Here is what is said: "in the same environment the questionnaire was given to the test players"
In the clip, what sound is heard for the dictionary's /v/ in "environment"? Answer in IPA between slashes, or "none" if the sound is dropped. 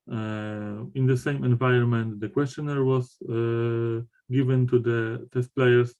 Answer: /v/